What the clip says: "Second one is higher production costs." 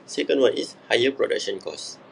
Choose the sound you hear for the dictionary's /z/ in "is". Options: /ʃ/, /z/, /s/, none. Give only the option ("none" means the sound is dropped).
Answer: /s/